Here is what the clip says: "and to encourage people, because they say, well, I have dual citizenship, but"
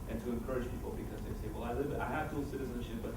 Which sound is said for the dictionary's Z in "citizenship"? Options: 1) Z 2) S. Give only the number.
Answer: 1